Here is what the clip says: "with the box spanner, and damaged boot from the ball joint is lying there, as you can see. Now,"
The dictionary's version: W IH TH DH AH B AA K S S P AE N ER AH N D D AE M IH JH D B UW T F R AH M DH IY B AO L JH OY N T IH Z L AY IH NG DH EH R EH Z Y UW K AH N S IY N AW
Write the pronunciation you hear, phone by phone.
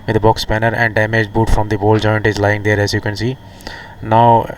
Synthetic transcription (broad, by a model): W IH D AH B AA K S S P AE N ER AH N D D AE M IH JH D B UW T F R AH M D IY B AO L JH OY N T IH Z L AY IH NG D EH R EH Z Y UW K AH N S IY N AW